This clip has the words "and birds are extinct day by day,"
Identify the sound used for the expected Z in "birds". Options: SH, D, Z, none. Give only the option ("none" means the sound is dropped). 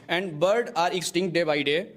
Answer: none